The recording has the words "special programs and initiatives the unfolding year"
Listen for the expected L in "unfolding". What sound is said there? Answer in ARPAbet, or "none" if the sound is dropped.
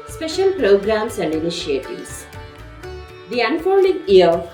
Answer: N